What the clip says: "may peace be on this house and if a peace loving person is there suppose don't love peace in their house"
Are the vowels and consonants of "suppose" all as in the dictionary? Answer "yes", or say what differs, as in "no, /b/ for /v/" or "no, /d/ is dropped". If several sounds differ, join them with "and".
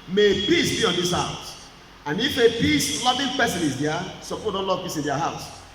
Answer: no, /z/ is dropped